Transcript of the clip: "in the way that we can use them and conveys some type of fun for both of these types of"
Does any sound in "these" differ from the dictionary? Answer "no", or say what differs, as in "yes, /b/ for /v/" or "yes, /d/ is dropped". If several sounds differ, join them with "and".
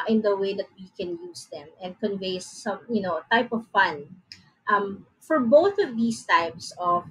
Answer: yes, /s/ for /z/